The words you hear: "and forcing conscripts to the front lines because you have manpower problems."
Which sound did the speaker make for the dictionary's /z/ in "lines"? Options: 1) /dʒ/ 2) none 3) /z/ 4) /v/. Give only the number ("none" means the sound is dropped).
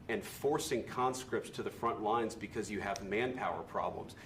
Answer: 3